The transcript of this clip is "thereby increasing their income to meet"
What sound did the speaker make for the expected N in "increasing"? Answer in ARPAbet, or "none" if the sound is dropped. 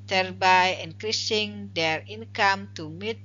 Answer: N